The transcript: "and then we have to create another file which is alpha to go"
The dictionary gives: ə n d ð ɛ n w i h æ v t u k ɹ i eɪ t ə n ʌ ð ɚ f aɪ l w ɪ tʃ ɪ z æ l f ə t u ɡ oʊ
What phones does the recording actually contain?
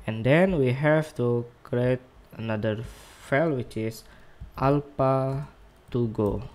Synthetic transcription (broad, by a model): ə n d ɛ n w i h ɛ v t u k ɹ i eɪ t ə n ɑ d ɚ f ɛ l w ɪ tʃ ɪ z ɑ l p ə t u ɡ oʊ